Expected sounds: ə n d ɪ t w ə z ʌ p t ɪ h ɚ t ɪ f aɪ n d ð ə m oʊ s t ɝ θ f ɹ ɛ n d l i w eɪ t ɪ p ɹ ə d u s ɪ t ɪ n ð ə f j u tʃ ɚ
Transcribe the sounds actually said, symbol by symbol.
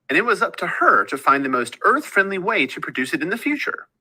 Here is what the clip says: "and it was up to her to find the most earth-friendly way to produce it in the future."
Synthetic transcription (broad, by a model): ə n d ɪ t w ə z ʌ p t ɪ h ɚ t ɪ f aɪ n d ð ə m oʊ s t ɝ θ f ɹ ɛ n d l i w eɪ t ɪ p ɹ ə d u s ɪ t ɪ n ð ə f j u tʃ ɚ